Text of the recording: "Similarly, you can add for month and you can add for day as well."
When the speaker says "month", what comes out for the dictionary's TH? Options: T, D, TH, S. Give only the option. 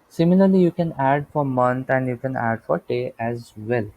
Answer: T